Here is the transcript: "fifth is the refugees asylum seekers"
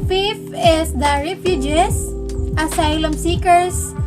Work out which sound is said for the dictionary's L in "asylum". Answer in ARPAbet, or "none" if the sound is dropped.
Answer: L